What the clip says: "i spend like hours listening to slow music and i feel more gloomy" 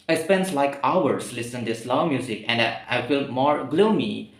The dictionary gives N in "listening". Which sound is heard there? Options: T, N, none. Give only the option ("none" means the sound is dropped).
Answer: none